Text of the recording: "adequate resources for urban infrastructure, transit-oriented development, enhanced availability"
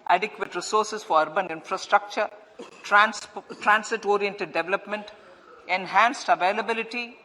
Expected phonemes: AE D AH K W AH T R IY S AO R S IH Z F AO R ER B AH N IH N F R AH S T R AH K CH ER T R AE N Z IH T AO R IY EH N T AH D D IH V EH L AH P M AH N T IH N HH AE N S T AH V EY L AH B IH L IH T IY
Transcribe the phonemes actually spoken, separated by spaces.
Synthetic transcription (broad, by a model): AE D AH K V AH T R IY S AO R S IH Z F AO R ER B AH N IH N F R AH S T R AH K CH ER T R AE N S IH T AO R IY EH N T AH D D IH V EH L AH P M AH N T IH N HH AE N S T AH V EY L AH B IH L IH T IY